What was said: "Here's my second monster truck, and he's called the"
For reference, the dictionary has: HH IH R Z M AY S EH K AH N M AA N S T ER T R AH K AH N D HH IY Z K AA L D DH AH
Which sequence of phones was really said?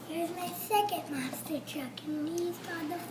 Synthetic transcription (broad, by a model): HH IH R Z M AY S EH K AH N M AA S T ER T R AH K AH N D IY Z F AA D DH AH